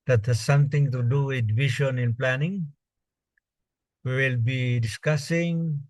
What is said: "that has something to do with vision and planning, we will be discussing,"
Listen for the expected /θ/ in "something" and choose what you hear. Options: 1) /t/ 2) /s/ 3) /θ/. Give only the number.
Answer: 1